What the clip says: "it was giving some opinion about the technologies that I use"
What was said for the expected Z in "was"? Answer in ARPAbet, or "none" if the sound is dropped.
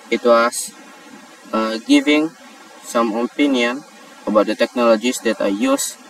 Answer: S